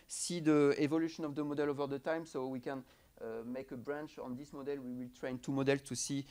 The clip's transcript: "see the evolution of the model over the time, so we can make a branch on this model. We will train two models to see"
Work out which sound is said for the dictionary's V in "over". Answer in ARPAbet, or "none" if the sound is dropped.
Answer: V